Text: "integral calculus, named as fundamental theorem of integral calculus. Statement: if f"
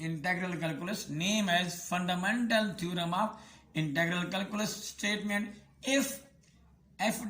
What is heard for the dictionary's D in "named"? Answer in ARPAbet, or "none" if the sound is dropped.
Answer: none